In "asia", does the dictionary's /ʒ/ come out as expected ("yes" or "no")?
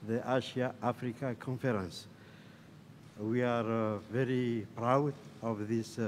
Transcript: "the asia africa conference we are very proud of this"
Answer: no